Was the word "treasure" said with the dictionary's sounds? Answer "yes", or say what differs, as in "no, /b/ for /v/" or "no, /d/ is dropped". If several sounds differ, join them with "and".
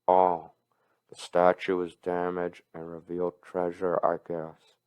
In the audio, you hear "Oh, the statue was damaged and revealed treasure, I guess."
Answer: yes